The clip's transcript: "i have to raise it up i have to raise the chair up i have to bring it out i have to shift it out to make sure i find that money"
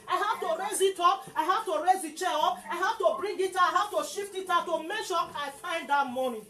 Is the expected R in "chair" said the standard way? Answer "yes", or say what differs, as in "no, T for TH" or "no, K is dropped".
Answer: no, L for R